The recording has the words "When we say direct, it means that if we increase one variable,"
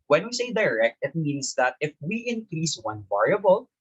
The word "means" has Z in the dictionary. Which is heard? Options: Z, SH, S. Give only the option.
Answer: S